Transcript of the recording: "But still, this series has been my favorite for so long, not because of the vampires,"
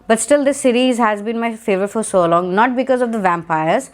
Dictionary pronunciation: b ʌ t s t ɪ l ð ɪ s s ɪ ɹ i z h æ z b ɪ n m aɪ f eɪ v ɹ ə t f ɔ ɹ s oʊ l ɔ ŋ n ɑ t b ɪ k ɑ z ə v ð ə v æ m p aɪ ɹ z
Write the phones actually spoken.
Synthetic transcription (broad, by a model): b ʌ t s t ɪ l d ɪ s s ɪ ɹ i z h æ z b ɪ n m aɪ f eɪ v ə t f ɔ ɹ s oʊ l ɔ ŋ n ɑ t b ɪ k ɑ z ə v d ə v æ m p aɪ ɹ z